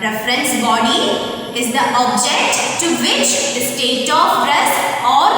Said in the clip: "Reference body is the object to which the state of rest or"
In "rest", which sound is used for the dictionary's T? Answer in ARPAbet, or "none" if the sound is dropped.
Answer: none